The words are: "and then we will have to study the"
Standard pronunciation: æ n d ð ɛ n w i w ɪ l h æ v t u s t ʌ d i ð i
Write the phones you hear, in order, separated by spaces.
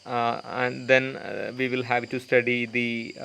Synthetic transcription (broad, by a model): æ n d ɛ n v i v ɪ l h æ v t u s t ʌ d i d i